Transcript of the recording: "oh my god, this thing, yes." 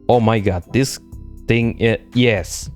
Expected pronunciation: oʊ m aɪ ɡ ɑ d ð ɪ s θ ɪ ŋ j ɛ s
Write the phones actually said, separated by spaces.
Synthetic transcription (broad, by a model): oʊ m aɪ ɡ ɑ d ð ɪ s t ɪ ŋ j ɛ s